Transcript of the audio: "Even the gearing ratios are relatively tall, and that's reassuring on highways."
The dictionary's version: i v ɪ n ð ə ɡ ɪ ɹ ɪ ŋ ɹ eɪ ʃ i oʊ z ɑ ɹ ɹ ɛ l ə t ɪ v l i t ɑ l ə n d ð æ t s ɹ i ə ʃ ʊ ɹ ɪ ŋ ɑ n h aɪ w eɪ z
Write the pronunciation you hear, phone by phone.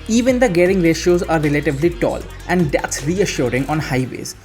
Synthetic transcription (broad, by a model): i v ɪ n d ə ɡ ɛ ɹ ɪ ŋ ɹ eɪ ʃ i oʊ z ɑ ɹ ɹ ɛ l ə t ɪ v l i t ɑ l ə n d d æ t s ɹ i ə ʃ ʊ ɹ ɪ ŋ ɑ n h aɪ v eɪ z